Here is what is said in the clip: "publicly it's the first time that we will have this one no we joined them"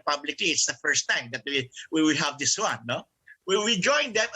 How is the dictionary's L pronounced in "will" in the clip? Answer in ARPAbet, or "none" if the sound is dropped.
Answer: W